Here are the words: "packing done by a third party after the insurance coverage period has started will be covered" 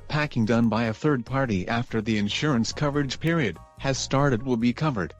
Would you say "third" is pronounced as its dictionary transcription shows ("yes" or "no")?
yes